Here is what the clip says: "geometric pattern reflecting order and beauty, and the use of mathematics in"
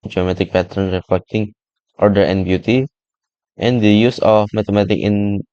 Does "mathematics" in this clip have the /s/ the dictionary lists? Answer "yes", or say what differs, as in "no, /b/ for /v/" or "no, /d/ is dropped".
no, /s/ is dropped